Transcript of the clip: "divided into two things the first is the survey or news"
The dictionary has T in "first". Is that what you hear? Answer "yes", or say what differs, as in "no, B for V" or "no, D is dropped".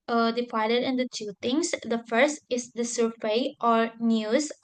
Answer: yes